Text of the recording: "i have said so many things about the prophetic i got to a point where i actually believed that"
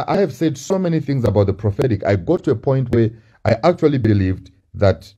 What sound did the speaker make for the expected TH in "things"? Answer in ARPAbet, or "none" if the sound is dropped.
TH